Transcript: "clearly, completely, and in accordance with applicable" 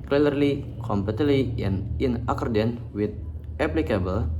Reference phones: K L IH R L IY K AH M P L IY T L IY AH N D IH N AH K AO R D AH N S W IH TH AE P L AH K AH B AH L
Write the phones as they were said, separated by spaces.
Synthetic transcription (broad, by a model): K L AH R L IY K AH M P EH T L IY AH N IH N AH K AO R D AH N W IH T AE P L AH K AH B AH L